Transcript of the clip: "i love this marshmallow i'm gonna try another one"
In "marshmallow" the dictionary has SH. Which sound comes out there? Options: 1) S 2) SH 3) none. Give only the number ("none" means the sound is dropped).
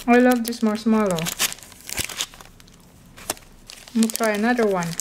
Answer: 1